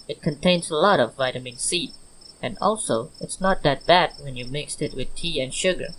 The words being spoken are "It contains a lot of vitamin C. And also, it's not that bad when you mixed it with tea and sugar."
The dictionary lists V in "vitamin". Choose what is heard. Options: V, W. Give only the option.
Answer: V